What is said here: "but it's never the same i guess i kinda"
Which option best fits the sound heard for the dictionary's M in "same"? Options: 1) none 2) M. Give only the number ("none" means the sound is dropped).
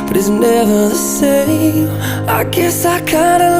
1